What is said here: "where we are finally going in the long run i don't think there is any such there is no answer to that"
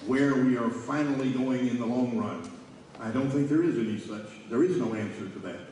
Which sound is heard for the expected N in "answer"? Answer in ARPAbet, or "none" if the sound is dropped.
N